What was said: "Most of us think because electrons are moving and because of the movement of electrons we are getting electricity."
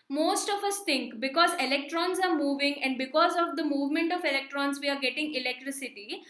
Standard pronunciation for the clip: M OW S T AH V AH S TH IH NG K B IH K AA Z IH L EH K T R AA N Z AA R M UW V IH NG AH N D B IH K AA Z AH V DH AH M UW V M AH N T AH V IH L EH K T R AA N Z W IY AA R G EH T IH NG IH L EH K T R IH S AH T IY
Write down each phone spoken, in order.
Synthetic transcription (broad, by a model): M OW S T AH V AH S T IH NG K B IH K AA Z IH L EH K T R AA N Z AA R M UW V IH NG AH N D B IH K AA Z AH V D AH M UW V M AH N T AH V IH L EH K T R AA N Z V IY AA R G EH T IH NG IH L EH K T R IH S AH T IY